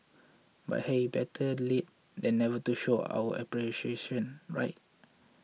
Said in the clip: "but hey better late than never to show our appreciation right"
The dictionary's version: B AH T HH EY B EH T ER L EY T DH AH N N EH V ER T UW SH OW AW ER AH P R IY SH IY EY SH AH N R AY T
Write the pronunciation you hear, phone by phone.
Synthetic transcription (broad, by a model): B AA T HH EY B EH T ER L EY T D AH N N EH V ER T UW SH OW AW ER AH P R IY SH IY EY SH AH N R AY T